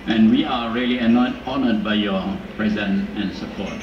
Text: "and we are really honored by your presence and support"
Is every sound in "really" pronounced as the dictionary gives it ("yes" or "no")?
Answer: no